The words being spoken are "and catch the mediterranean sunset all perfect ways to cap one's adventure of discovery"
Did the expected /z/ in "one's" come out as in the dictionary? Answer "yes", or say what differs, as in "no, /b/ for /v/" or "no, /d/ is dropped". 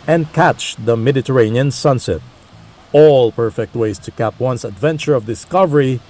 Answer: no, /s/ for /z/